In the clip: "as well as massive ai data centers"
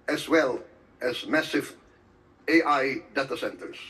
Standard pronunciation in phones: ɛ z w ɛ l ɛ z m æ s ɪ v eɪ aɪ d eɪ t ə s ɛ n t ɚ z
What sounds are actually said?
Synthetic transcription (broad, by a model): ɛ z w ɛ l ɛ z m æ s ɪ v eɪ aɪ d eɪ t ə s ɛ n t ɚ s